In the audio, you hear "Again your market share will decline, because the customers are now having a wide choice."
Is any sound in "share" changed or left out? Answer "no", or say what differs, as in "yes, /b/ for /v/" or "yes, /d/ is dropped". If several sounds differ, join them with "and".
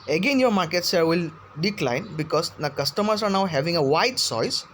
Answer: yes, /s/ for /ʃ/